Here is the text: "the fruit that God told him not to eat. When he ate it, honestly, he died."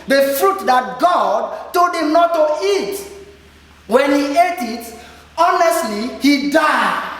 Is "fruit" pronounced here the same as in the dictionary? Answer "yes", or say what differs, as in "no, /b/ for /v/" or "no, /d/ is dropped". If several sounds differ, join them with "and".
yes